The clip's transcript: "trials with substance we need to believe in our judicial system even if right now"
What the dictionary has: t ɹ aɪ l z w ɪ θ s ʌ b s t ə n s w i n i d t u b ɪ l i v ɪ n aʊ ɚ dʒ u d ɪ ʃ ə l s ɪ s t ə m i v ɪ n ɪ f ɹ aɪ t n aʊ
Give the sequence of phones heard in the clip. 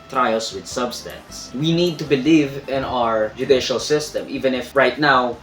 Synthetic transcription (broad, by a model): t ɹ aɪ l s w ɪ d s ʌ b s t ə n s w i n i d t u b ɪ l i v ɪ n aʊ ɚ dʒ u d ɪ ʃ ə l s ɪ s t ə m i v ɪ n ɪ f ɹ aɪ t n aʊ